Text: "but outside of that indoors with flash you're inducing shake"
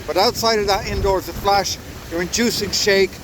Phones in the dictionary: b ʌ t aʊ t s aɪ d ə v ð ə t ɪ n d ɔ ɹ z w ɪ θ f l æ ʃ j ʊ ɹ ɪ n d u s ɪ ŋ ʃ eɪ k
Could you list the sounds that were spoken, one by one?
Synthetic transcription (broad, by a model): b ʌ t aʊ t s aɪ d ə v ð ə t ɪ n d ɔ ɹ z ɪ f l æ ʃ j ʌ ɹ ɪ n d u s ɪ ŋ ʃ eɪ k